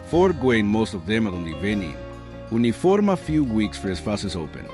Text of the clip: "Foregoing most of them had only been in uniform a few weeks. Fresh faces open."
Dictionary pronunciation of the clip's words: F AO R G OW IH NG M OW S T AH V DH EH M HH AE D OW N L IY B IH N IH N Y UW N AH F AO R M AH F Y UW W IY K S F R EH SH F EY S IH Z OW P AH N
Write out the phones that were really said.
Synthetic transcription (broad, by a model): F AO R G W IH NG M OW S T AH V DH EH M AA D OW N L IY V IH N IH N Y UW N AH F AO R M AH F Y UW W IY K S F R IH S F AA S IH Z OW P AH N